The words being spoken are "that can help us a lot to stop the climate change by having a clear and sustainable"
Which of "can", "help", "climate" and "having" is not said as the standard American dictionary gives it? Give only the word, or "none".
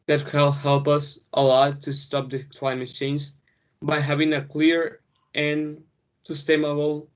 can